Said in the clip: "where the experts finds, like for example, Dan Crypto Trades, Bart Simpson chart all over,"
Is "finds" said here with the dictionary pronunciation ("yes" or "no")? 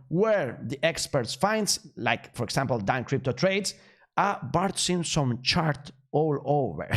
no